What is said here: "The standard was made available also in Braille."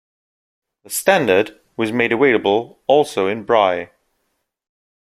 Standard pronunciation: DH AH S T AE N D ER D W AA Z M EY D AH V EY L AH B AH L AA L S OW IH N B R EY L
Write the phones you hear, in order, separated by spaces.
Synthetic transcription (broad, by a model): DH AH S T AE N D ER D W AA Z M EY D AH W EY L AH B AH L AA L S OW IH N B R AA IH